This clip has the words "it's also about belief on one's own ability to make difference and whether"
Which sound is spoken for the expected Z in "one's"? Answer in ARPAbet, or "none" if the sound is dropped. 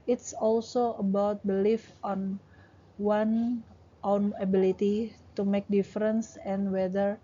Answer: none